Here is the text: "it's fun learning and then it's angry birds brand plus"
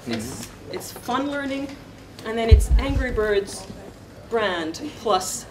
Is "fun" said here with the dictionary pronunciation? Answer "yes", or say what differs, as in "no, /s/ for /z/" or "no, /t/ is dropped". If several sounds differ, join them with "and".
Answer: yes